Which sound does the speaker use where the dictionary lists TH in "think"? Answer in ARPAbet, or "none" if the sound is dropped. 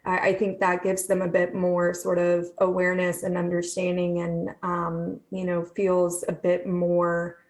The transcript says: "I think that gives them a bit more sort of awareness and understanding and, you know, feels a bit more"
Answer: TH